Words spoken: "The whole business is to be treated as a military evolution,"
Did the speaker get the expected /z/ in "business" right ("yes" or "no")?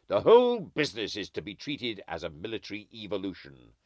yes